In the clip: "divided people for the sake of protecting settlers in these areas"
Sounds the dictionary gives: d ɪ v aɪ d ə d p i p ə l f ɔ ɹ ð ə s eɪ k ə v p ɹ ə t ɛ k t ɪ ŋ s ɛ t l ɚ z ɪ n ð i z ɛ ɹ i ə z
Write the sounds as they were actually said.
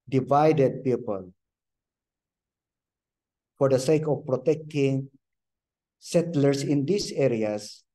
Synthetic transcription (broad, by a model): d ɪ v aɪ d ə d p i p ə l f ɔ ɹ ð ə s eɪ k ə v p ɹ ə t ɛ k t ɪ ŋ s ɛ t l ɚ s ɪ n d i s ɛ ɹ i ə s